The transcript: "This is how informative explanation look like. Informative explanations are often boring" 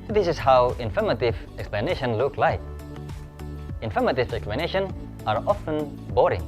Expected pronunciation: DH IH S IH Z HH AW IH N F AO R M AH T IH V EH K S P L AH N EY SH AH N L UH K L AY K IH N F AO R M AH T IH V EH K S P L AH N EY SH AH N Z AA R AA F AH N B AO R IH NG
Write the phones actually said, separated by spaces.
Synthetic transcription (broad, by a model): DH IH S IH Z HH AW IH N F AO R M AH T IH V EH K S P L AH N EY SH AH N L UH K L AY K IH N F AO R M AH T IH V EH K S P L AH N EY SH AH N AA R AA F AH N B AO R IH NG